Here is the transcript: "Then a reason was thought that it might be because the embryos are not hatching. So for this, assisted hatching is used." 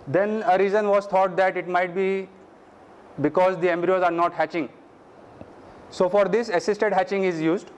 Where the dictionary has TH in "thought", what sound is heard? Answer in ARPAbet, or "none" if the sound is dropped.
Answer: T